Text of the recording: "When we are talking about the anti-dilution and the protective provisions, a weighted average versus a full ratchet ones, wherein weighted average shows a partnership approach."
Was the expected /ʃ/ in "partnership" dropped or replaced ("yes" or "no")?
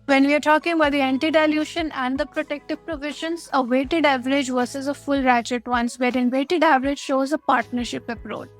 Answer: no